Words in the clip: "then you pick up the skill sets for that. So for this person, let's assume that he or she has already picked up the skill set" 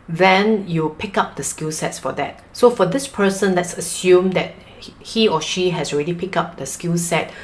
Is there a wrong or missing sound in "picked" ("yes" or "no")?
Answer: yes